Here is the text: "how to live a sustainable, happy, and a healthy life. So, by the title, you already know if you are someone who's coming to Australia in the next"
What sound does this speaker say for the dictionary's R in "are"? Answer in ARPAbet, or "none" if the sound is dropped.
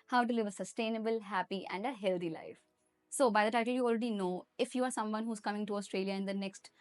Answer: R